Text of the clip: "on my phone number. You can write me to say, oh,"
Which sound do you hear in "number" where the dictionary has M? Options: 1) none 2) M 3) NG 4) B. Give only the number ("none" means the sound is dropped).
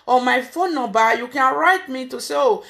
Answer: 1